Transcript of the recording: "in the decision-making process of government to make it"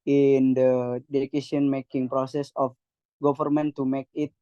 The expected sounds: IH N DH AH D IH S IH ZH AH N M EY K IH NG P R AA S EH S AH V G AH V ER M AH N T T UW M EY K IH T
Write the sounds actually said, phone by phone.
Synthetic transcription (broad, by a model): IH N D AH D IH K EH S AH N M EY K IH NG P R AA S EH S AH F G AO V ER M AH N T T UW M EY K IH T